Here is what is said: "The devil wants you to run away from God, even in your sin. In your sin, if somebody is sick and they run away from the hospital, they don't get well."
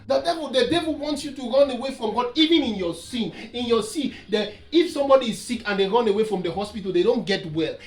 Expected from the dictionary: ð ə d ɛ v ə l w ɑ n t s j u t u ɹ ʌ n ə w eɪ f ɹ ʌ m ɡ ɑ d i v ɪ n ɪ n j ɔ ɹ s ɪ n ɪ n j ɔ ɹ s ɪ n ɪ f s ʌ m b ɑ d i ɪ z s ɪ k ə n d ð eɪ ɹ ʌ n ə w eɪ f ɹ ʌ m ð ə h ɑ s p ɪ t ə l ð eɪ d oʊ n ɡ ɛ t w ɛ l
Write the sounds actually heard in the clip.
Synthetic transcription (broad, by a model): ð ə d ɛ v ə l w ɑ n t s j u t u ɹ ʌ n ə w eɪ f ɹ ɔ m ɡ ɑ d i v ɪ n ɪ n j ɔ s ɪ n ɪ n j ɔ s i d ɪ f s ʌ m b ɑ d i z s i k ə n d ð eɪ ɹ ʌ n ə w eɪ f ɹ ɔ m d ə h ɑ s p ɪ t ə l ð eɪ d oʊ n ɡ ɛ t w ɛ l